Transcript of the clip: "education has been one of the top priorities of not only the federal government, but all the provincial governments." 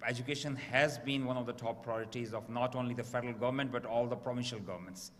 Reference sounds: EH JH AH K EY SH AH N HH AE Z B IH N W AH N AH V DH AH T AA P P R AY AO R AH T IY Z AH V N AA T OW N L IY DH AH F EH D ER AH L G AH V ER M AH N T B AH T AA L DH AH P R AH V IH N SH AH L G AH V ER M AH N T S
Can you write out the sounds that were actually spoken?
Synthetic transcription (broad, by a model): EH JH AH K EY SH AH N HH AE Z B IH N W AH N AH V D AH T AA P P R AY AO R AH T IY Z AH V N AA T OW N L IY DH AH F EH D ER AH L G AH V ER M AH N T B AH T AA L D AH P R AH V IH N SH AH L G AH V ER M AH N T S